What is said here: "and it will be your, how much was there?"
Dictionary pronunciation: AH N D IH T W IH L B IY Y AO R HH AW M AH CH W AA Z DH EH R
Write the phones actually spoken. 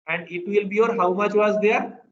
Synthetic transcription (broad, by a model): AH N D IH T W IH L B IY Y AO R HH AW M AH CH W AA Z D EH R